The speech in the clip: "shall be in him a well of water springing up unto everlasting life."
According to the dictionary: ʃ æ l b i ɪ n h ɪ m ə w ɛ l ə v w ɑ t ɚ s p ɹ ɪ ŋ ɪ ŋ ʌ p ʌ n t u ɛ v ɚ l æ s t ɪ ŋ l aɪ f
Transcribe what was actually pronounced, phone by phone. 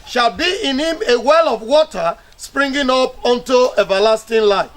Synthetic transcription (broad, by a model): ʃ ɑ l b i ɪ n h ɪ m ə w ɛ l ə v w ɑ t ɚ s p ɹ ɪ ŋ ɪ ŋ ʌ p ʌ n t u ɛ v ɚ l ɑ s t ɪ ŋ l aɪ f